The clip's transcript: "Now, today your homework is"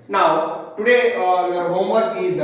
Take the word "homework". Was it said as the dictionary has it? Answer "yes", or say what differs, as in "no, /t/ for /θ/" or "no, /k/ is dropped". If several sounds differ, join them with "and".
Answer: no, /k/ is dropped